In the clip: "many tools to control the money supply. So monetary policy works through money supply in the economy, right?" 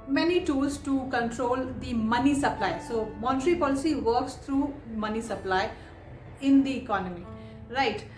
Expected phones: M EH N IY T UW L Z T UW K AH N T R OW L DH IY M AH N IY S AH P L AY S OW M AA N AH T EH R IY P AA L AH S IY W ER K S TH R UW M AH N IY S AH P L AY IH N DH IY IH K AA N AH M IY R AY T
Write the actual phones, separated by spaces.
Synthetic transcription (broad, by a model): M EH N IY T UW L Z T UW K AH N T R OW L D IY M AH N IY S AH P L AY S OW M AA N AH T R IY P AA L AH S IY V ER K S T R UW M AH N IY S AH P L AY IH N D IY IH K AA N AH M IY R AY T